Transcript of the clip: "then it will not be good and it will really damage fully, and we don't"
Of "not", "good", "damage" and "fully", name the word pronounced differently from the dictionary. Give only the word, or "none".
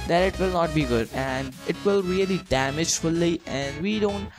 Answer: none